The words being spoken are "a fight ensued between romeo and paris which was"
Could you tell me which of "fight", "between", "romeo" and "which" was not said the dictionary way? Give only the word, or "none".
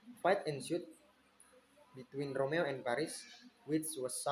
which